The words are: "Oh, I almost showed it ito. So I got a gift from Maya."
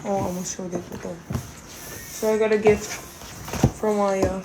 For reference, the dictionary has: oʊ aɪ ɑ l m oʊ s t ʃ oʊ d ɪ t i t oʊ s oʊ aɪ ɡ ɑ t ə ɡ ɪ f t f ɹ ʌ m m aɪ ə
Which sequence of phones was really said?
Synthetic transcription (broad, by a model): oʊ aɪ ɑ m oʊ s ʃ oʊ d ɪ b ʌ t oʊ s oʊ aɪ ɡ ɑ t ə ɡ ɪ f t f ɹ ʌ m m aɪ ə